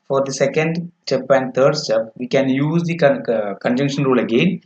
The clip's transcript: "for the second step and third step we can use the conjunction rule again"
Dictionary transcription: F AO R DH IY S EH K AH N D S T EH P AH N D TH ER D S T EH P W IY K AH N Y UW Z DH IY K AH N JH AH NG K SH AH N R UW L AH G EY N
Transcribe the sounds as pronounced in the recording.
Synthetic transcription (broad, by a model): F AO R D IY S EH K AH N D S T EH P AH N D T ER D S T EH P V IY K AH N Y UW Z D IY K AH N JH AH NG K SH AH N R UW L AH G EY N